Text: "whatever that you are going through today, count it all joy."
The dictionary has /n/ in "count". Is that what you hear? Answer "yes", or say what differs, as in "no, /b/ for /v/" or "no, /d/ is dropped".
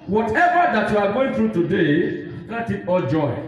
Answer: no, /n/ is dropped